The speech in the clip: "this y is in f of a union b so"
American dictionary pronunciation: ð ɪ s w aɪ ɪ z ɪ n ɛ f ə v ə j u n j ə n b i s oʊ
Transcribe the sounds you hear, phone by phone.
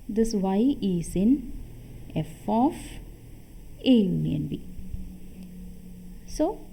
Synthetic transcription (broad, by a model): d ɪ s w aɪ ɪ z ɪ n ɛ f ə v ə j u n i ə n b i s oʊ